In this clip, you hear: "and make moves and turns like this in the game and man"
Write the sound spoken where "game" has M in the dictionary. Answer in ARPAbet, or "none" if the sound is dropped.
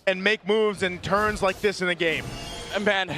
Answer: none